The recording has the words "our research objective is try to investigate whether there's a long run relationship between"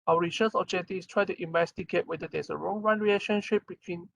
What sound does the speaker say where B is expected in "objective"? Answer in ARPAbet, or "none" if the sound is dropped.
none